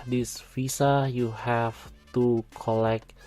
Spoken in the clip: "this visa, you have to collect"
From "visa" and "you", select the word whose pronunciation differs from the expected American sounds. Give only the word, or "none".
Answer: visa